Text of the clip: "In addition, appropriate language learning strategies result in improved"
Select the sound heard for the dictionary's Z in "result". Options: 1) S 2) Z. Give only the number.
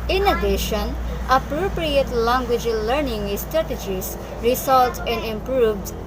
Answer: 1